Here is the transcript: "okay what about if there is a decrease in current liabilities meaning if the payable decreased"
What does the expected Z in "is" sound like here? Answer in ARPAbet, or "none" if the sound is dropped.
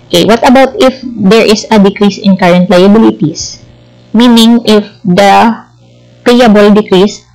S